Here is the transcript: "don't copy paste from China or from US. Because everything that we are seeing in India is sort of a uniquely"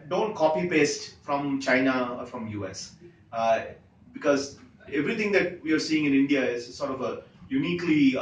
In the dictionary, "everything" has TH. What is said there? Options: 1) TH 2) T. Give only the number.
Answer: 2